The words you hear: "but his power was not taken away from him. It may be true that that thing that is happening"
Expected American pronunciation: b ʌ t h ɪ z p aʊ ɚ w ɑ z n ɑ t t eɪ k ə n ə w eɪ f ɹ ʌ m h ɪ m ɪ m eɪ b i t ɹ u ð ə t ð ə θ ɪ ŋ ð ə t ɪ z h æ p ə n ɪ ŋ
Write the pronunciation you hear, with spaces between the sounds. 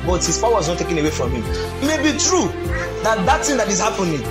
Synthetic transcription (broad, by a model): b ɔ t h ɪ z p aʊ w ɑ z n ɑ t t eɪ k ə n ə w eɪ f ɹ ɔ m h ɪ m m eɪ b i t ɹ u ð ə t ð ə t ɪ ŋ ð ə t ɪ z h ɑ p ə n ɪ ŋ